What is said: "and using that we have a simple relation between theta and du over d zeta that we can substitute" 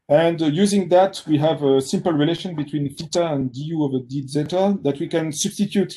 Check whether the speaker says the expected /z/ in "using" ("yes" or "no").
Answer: yes